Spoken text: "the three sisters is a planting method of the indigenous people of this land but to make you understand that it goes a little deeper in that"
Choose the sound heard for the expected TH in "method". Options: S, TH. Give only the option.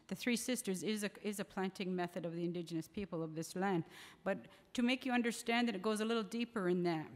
TH